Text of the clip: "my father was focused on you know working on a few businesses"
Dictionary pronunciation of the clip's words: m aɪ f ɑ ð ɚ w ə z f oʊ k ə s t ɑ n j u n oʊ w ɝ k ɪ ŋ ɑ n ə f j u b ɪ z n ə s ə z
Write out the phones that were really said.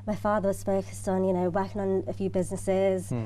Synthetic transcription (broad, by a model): m aɪ f ɑ ð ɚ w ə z p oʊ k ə s t n j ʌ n oʊ w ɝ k ɪ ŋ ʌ n ə f j u b ɪ z n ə s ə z